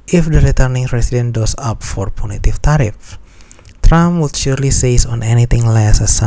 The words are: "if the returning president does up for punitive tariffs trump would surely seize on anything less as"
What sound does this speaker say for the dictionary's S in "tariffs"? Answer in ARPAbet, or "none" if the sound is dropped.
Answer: none